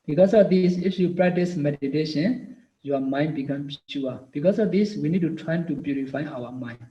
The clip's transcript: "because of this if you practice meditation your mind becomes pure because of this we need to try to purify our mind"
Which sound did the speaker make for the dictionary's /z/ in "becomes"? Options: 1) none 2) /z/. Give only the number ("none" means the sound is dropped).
1